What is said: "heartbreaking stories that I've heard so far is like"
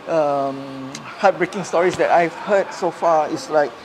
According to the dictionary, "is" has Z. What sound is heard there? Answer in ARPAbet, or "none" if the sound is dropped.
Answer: S